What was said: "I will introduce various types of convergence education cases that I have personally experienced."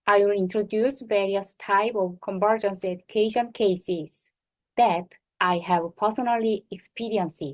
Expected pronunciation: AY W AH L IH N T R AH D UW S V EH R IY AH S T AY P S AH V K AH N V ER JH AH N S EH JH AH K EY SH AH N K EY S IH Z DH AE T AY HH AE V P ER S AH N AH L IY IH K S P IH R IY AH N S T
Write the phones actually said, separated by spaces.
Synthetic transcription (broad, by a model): AY W AH L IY N T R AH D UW S V EH R IY AH S T AY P AH V K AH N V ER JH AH N S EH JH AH K EY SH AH N K EY S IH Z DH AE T AY HH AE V P ER S AH N AH L IY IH K S P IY R IY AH N S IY